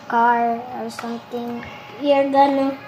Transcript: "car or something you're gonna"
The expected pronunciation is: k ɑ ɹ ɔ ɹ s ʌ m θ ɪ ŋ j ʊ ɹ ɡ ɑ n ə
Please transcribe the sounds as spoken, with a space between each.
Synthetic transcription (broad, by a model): k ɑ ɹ ɔ ɹ s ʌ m t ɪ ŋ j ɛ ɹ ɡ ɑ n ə